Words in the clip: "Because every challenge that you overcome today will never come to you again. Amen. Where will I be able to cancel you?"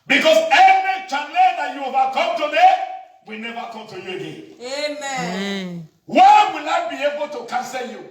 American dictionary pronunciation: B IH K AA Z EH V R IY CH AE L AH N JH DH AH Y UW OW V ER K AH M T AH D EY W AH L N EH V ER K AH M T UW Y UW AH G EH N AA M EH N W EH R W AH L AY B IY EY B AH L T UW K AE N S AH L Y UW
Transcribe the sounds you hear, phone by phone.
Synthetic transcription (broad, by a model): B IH K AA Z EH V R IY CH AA N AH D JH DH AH Y UW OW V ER K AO M T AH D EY W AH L N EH V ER K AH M T UW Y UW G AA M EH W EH W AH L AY B IY EY B AH L T UW K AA N S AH L Y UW